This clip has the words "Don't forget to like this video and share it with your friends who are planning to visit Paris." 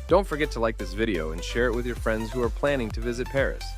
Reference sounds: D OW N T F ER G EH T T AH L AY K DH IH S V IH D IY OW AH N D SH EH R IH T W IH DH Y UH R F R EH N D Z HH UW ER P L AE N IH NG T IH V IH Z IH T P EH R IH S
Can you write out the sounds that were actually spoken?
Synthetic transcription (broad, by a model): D OW N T F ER G EH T T AH L AY K DH IH S V IH D IY OW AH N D SH EH R IH T W IH DH Y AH R F R EH N D Z HH UW ER P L AE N IH NG T IH V IH Z IH T P EH R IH S